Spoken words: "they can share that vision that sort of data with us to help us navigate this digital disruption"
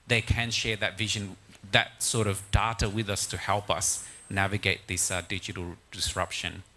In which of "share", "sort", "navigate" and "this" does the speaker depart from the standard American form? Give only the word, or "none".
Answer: none